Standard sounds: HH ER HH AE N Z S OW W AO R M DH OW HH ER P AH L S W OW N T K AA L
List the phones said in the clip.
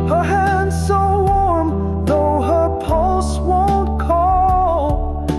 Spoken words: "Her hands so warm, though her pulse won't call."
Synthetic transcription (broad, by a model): HH ER HH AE N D S OW W AO R M DH OW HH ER P AH L S W OW N T K AA L